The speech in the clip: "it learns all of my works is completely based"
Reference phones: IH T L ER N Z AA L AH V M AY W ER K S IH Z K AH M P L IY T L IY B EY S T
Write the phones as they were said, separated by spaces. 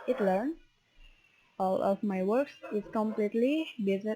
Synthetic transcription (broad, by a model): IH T L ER N AA L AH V M AY W ER K S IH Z K AH M P L IY T L IY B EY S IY